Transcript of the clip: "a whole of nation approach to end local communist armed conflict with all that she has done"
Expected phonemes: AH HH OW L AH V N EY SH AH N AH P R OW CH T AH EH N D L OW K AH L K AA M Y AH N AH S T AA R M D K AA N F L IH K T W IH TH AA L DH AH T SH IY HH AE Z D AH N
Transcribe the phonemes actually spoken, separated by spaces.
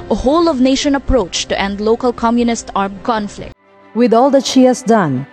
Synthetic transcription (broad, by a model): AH HH OW L AH V N EY SH AH N AH P R OW CH T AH EH N D L OW K AH L K AA M Y AH N AH S T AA R M K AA N F L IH K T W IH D AA L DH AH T SH IY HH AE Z D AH N